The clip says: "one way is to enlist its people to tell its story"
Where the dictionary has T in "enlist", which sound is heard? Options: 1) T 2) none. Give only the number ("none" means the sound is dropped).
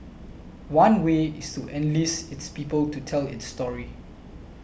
2